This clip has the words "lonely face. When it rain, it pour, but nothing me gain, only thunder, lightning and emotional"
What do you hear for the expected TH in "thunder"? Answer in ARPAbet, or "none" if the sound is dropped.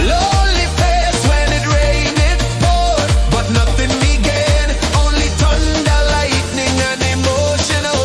T